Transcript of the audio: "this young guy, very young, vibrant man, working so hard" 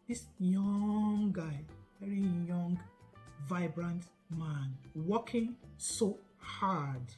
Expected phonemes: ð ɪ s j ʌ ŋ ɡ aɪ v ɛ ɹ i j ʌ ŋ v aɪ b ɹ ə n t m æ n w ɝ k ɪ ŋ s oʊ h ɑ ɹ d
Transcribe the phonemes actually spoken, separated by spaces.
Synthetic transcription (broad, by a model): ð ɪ s j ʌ ŋ ɡ aɪ v ɛ ɹ i j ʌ ŋ v aɪ b ɹ ə n t m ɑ n w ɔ k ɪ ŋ s oʊ h ɑ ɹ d